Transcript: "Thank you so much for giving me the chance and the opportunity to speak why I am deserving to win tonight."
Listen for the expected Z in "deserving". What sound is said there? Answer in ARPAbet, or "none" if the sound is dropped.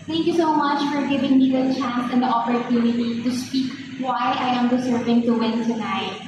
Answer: S